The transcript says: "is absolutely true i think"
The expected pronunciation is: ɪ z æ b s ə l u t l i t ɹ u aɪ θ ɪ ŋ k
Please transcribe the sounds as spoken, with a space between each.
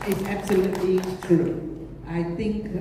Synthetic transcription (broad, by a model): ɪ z æ b s ə l u t l i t u aɪ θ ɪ ŋ k